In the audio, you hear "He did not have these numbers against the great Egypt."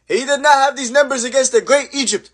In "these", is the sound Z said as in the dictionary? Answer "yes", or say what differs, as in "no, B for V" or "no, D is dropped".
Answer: yes